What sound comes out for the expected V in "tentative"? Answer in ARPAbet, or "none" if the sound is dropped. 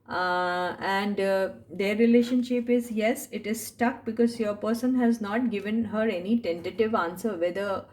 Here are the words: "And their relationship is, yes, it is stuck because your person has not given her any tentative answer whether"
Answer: V